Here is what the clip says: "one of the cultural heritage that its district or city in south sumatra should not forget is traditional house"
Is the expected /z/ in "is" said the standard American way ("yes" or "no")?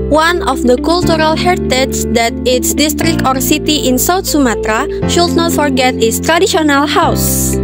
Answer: no